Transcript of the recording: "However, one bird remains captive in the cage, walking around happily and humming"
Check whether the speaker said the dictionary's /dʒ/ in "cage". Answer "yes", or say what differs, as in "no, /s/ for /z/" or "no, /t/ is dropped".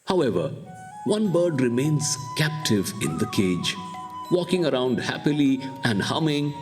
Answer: yes